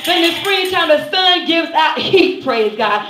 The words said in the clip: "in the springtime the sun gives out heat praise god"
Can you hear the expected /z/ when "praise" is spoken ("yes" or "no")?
yes